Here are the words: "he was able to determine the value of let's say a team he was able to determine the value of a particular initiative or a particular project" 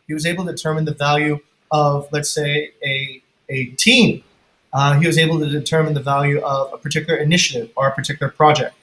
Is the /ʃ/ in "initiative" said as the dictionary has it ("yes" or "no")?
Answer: yes